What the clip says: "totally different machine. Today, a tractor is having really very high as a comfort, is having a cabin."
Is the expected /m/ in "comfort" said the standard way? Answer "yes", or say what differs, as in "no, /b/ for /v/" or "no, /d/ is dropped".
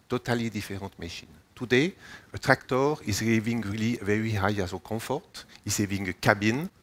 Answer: no, /m/ is dropped